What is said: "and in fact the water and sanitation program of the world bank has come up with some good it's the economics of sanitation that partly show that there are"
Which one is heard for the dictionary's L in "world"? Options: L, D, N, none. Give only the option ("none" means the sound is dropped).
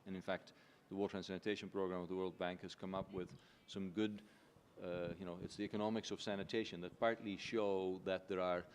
L